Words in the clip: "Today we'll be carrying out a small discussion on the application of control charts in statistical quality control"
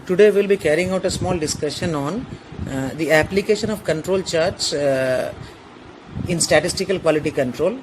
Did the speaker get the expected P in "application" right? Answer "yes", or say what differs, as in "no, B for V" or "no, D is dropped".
yes